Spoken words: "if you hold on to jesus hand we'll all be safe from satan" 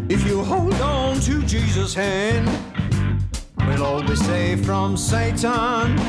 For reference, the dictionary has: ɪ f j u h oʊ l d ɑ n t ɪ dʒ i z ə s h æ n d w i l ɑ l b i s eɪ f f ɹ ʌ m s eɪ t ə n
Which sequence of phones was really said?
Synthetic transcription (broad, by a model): ɪ f j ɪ h oʊ l d n t ɪ dʒ i z ə s h æ n d w i l ɑ l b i s eɪ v f ɹ ʌ m s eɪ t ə n